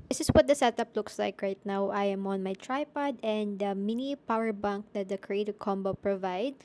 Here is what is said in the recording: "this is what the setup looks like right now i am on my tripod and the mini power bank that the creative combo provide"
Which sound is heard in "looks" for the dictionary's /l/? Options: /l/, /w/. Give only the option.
/l/